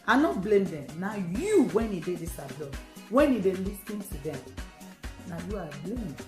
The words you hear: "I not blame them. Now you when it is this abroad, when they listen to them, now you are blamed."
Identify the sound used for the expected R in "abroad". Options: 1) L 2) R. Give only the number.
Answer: 1